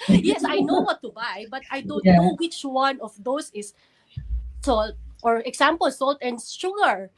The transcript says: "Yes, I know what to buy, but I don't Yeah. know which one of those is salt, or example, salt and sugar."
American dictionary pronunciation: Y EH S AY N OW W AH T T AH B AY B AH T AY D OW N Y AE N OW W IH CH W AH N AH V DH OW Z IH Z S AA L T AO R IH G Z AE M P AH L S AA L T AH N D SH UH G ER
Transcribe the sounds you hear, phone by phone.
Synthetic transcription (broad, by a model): Y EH S AY N OW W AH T T AH B AY B AH T AY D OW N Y N OW W IH CH W AH N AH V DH OW S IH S S AA L T AO R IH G S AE M P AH L S AA L T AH N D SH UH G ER